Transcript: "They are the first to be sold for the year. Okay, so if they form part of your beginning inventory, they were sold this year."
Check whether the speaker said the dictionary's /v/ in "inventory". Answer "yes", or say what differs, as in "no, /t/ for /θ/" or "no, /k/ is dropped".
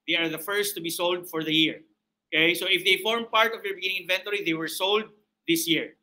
yes